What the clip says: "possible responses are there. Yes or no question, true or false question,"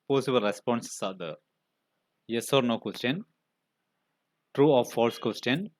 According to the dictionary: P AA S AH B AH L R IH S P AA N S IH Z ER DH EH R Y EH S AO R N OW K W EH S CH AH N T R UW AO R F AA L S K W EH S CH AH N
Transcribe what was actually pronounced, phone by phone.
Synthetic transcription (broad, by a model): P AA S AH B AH L R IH S P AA N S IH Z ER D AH Y EH S AO R N OW K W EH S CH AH N T R UW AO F F AA L S K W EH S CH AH N